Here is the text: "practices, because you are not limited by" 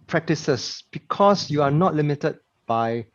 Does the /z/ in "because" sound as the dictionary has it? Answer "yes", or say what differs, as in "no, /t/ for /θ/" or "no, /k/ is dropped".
no, /s/ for /z/